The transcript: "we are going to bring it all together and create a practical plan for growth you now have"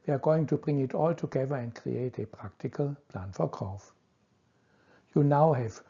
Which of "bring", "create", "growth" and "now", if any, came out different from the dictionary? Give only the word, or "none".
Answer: growth